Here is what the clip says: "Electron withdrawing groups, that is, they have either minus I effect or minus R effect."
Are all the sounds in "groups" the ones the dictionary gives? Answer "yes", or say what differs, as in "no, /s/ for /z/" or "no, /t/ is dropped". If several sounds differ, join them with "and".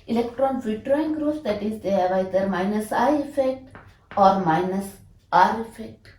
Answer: no, /p/ is dropped